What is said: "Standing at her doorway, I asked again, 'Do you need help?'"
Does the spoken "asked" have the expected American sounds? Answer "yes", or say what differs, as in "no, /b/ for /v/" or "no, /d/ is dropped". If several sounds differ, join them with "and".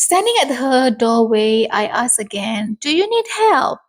no, /t/ is dropped